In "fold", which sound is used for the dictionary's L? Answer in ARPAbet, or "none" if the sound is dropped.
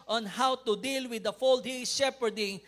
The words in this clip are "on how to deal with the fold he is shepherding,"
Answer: L